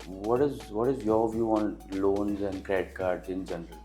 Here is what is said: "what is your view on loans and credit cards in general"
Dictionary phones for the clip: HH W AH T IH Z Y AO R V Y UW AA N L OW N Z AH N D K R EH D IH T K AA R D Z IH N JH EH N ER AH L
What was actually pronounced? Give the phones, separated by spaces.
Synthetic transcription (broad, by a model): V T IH T IH Z Y AO R V Y UW AA N L OW N Z AH N D K R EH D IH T K AA R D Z IH N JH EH N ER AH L